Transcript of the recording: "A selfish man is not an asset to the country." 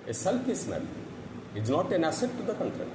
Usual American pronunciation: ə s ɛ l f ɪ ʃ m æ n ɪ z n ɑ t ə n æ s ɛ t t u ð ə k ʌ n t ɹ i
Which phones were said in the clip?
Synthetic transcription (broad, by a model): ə s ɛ l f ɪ s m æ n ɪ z n ɑ t ə n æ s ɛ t t u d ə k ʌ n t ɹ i